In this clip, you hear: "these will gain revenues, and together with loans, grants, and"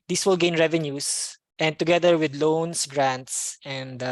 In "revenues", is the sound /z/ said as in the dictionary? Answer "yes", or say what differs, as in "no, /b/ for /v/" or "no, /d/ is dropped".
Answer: no, /s/ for /z/